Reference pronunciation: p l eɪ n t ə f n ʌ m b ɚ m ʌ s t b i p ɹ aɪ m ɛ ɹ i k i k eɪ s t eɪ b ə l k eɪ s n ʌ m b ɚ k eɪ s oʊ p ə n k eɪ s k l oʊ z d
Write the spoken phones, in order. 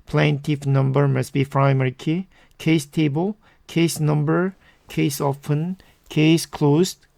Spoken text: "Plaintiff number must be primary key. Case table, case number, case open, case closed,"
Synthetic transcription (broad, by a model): p l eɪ n t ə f n ʌ m b ɚ m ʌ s b i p ɹ aɪ m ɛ ɹ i k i k eɪ s t eɪ b ə l k eɪ s n ʌ m b ɚ k eɪ s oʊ f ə n k eɪ s k l oʊ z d